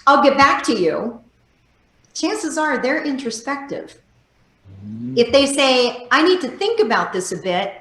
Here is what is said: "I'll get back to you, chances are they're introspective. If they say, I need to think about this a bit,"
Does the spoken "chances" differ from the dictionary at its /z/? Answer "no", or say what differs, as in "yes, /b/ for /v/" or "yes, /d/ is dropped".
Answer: no